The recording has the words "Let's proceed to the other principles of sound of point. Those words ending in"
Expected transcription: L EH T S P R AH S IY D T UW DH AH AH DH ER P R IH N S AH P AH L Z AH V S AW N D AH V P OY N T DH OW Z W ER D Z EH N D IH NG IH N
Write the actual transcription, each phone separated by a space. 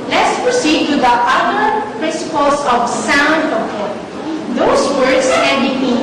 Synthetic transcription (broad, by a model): L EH T S P R AH S IY D T UW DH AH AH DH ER P R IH N S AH P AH L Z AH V S AW N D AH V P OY T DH OW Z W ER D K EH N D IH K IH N